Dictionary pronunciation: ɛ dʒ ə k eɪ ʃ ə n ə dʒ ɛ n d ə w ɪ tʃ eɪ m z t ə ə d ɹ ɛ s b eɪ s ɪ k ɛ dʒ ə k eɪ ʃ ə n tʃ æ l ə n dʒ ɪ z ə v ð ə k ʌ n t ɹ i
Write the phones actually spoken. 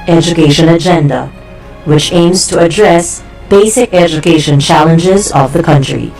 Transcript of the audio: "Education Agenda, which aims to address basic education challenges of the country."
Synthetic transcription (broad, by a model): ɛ dʒ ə k eɪ ʃ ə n ə dʒ ɛ n d ə w ɪ tʃ eɪ m z t ə ə d ɹ ɛ s b eɪ s ɪ k ɛ dʒ ə k eɪ ʃ ə n tʃ æ l ə n dʒ ɪ z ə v ð ə k ʌ n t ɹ i